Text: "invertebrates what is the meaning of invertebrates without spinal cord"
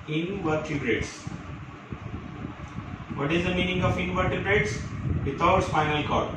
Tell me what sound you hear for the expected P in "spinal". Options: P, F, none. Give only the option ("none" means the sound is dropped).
F